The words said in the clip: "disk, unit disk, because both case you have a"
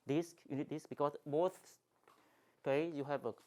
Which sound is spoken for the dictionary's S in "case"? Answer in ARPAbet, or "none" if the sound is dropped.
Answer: none